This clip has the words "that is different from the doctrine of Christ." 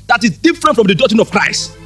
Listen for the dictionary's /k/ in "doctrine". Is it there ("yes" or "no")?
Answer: no